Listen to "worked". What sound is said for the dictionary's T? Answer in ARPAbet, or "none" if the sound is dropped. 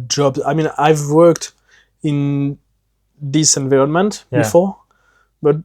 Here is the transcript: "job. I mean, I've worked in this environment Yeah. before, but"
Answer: T